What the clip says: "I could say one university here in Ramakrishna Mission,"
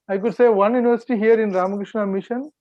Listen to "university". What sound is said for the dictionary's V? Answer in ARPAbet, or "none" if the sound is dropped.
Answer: V